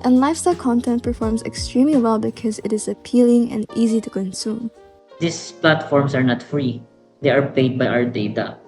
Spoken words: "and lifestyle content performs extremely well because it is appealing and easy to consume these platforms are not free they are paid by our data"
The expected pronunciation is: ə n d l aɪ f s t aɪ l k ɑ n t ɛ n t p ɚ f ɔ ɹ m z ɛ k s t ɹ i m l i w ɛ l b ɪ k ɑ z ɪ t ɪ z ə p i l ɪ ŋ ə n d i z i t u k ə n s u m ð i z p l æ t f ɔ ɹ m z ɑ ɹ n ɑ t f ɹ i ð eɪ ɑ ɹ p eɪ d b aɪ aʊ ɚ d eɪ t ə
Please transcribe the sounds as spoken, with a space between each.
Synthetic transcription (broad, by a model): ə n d l aɪ f s t aɪ l k ɑ n t ɛ n t p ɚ f ɔ ɹ m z ɛ k s t ɹ i m l i w ɛ l b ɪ k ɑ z ɪ t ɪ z ə p i l ɪ ŋ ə n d i z i t u k ə n s u m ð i s p l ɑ t f ɔ ɹ m s ɑ ɹ n ɑ t f ɹ i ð eɪ ɑ ɹ p eɪ d b aɪ aʊ ɚ d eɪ t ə